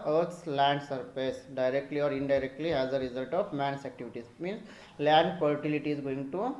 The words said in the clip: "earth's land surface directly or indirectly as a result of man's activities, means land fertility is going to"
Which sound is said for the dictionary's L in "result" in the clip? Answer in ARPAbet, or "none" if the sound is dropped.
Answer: L